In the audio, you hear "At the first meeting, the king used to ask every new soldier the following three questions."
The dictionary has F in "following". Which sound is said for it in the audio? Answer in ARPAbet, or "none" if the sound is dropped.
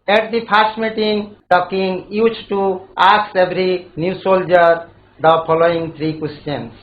P